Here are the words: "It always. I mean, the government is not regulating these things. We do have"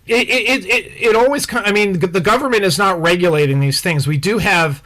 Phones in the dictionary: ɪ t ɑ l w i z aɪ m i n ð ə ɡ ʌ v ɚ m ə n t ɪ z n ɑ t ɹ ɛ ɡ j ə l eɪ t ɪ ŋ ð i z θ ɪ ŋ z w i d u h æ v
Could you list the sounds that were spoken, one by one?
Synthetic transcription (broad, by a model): ɪ t ɑ l w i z aɪ m i n ð ə ɡ ʌ v ɚ m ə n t ɪ z n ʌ t ɹ ɛ ɡ j ə l eɪ t ɪ ŋ ð i z θ ɪ ŋ z w i d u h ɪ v